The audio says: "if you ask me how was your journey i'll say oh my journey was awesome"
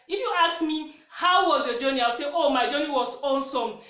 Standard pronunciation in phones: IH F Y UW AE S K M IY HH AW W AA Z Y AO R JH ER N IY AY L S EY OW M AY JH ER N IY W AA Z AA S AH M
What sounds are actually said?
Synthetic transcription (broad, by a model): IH F Y UW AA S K M IY HH AW W AA Z Y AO JH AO N IY AY W S EY OW M AY JH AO N IY W AA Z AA S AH M